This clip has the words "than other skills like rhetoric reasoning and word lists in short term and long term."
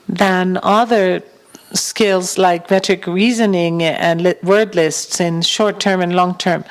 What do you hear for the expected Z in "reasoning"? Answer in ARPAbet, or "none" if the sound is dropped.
Z